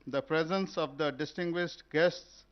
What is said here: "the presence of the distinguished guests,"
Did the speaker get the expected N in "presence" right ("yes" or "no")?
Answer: yes